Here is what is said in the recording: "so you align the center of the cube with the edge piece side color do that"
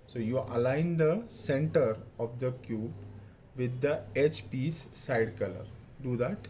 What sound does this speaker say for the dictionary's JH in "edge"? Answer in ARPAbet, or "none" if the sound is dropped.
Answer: CH